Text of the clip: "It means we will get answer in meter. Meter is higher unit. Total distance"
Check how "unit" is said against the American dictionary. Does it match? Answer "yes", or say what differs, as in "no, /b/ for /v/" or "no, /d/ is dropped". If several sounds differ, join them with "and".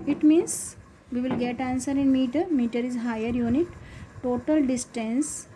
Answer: yes